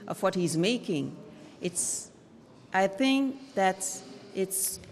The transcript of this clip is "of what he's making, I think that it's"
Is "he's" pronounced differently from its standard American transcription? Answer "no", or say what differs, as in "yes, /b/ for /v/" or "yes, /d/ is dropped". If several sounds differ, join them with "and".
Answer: no